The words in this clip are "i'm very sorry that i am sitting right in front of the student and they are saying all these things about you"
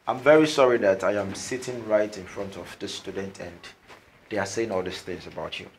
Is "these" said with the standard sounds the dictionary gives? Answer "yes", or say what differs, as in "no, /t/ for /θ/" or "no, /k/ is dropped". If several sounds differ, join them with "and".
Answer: no, /s/ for /z/